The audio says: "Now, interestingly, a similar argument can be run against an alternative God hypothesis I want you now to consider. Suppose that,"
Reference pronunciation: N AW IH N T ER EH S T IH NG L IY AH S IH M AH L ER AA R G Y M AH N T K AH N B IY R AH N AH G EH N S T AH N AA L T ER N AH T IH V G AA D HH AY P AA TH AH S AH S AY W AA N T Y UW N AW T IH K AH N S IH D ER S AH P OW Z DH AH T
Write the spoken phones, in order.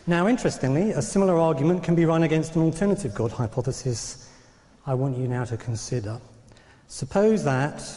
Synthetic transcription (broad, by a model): N AW IH N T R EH S T IH NG L IY AH S IH M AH L ER AA G Y M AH N K AH N B IY R AH N AH G EH N S T AH N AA L T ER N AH T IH V G AA D HH AY P AA TH AH S AH S AY W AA N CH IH N AW T IH K AH N S IH D ER S AH P OW Z DH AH T